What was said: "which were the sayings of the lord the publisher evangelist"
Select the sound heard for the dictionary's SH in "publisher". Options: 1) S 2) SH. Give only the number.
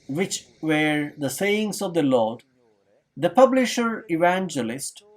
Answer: 2